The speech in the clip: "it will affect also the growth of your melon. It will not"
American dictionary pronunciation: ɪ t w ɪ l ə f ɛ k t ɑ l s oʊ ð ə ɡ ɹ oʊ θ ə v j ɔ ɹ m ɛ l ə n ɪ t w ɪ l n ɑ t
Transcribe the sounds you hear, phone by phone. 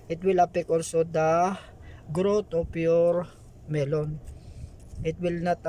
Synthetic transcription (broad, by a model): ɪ t w ɪ l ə p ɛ k ɑ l s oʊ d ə ɡ ɹ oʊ t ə p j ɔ ɹ m ɛ l ə n ɪ t w ɪ l n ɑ t